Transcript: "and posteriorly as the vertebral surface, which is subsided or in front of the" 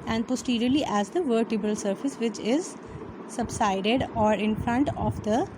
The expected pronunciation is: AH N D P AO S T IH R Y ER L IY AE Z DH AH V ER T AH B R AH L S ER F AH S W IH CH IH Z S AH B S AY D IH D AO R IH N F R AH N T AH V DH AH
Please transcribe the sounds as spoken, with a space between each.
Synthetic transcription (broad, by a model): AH N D P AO S T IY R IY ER L IY AE Z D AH V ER T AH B AH L S ER F AH S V IH CH IH Z S AH B S AY D IH D AO R IH N F R AH N T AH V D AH